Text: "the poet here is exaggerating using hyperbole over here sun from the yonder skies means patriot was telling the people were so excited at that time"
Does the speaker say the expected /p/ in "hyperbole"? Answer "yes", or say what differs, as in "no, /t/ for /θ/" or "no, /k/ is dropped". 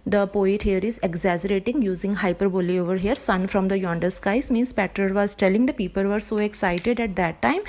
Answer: yes